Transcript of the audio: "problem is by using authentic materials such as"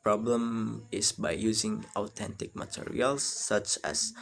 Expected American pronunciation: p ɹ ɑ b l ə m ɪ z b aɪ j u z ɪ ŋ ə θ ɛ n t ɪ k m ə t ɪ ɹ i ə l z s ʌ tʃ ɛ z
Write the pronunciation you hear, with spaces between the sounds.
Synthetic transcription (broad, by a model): p ɹ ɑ b l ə m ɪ s b aɪ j u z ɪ ŋ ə t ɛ n t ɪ k m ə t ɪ ɹ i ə l s ʌ tʃ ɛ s